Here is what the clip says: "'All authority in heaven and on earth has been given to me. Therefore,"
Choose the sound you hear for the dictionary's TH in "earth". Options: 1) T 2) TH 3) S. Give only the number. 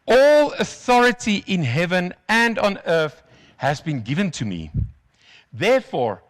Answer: 2